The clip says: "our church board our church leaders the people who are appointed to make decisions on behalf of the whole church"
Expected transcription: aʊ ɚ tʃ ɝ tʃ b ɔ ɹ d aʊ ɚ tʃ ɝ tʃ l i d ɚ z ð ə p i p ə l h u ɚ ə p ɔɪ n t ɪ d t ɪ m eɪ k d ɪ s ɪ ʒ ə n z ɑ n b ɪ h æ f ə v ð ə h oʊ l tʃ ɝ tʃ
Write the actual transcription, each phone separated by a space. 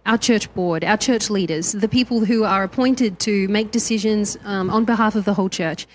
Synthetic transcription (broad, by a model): aʊ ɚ tʃ ɝ tʃ b ɔ ɹ d aʊ ɚ tʃ ɝ tʃ l i d ɚ z ð ə p i p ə l h u ɚ ə p ɔɪ n t ɪ d t ɪ m eɪ k d ɪ s ɪ ʒ ə n z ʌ n b ɪ h æ f ə v ð ə h oʊ l tʃ ɝ tʃ